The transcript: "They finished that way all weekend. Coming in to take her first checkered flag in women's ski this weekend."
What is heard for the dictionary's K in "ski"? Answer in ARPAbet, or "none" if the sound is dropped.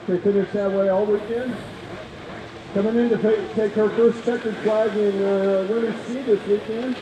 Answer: none